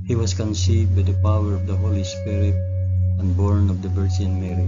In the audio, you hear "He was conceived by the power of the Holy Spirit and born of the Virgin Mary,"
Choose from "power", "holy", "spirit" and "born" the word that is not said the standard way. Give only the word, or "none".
none